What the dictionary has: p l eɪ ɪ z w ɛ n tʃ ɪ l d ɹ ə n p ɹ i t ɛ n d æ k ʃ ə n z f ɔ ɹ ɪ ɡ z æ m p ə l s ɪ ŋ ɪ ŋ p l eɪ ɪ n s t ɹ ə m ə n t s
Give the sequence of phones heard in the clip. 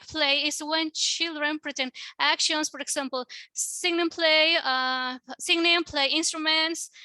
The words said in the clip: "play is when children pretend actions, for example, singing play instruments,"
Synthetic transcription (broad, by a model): p l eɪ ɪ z w ɛ n tʃ ɪ l d ɹ ə n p ɹ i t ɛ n æ k ʃ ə n s f ɔ ɹ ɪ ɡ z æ m p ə l s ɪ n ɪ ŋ p l eɪ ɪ n s t ɹ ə m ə n t s